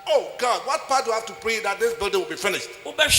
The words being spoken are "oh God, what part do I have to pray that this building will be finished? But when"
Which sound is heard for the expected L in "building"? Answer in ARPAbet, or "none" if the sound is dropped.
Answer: L